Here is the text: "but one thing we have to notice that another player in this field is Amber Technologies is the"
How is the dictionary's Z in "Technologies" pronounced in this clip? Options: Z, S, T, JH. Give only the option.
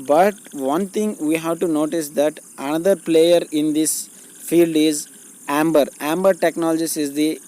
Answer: S